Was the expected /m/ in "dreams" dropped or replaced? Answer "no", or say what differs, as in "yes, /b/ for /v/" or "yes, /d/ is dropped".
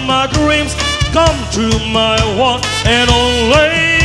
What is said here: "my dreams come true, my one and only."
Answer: no